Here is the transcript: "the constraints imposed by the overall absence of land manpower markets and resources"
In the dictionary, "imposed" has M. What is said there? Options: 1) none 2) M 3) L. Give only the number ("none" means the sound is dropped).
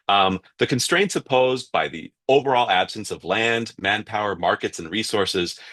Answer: 1